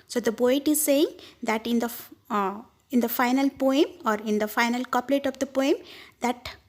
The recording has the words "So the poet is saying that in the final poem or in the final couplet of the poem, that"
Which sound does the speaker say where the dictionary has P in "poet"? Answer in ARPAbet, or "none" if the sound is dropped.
B